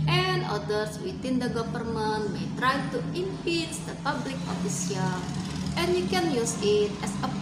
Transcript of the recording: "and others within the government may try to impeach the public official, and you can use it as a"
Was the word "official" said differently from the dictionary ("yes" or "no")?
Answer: yes